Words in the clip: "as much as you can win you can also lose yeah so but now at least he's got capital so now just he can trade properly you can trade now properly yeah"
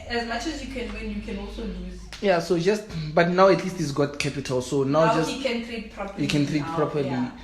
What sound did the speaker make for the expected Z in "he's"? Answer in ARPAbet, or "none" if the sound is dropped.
S